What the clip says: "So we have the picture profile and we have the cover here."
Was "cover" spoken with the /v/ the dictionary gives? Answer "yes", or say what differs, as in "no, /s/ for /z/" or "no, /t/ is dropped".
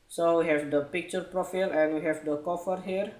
no, /f/ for /v/